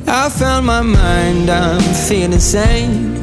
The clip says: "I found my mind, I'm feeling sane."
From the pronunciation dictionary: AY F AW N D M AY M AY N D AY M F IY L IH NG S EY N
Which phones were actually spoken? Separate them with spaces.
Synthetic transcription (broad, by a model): AY F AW N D M AY M AY N D AY M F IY IH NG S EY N